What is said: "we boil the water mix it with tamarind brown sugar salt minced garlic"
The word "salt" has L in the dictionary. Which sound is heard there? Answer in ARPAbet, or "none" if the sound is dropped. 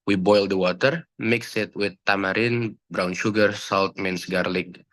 L